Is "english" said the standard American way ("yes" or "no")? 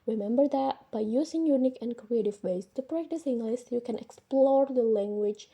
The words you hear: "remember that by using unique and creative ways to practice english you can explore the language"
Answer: no